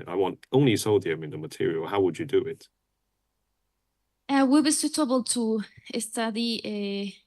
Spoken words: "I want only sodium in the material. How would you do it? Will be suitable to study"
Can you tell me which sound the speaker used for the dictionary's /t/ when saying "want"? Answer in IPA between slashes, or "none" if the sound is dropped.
/t/